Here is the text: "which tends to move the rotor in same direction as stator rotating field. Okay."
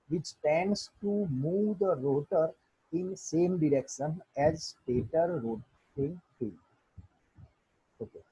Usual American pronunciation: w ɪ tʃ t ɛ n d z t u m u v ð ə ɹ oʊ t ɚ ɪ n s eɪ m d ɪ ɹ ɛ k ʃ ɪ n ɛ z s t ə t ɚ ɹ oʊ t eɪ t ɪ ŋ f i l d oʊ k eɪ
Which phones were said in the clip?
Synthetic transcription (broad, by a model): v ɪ tʃ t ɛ n d s t u m u v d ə ɹ oʊ t ɚ ɪ n s eɪ m d ɪ ɹ ɛ k ʃ ɪ n ɛ z s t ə t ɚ ɹ oʊ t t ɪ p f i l oʊ k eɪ